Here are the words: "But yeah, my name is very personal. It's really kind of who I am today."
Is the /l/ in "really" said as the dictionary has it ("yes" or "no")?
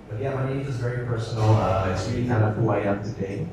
no